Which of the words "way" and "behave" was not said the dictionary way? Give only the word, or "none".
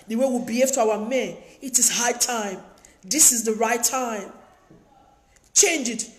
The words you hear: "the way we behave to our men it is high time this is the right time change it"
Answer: behave